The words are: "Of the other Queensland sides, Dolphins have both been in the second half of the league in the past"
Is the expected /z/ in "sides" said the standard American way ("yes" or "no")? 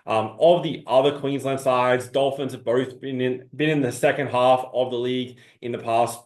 yes